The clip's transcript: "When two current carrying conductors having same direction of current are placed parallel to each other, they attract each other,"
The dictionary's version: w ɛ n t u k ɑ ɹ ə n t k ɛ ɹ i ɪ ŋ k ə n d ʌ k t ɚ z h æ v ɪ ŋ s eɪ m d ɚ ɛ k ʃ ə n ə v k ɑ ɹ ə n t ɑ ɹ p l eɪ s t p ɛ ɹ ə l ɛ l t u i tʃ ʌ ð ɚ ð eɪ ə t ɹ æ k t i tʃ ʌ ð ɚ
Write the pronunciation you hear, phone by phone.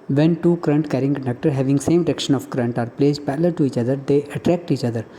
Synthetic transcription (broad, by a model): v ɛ n t u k ɹ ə n t k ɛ ɹ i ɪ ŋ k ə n d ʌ k t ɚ h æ v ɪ ŋ s eɪ m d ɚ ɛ k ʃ ə n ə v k ɹ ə n t ɑ ɹ p l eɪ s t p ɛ l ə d t u i tʃ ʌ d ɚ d eɪ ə t ɹ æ k t i tʃ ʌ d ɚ